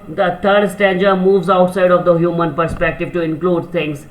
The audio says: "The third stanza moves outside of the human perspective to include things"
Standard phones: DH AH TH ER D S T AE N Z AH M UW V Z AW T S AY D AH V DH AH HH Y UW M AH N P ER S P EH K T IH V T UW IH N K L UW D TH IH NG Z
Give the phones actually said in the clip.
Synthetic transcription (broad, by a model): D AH T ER D S T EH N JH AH M UW V Z AW T S AY D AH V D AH HH Y UW M AH N P ER S P EH K T IH V T UW IH N K L UW D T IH NG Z